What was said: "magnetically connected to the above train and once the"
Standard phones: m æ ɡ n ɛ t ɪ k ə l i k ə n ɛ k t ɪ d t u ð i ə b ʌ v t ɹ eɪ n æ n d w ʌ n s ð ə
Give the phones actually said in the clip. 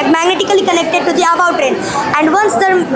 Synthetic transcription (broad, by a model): m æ ɡ n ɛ t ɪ k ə l i k ə n ɛ k t ɪ d t u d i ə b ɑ w t ɹ eɪ n æ n d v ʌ n s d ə